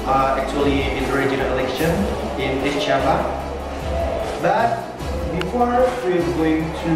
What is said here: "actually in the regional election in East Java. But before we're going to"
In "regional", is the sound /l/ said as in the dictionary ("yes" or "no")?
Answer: no